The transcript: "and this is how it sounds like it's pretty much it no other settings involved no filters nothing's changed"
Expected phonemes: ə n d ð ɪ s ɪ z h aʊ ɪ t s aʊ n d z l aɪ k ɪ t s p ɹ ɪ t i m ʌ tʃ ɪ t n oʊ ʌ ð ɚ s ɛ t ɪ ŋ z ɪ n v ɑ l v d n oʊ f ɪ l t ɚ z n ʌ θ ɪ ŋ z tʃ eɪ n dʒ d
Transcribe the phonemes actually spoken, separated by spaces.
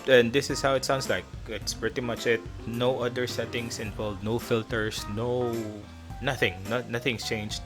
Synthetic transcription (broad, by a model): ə n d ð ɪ s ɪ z h aʊ ɪ t s aʊ n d s l aɪ k ɪ t s p ɹ ɪ t i m ʌ tʃ ɪ t n oʊ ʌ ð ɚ s ɛ t ɪ ŋ s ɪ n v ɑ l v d n oʊ f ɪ l t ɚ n n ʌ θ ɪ ŋ s tʃ eɪ n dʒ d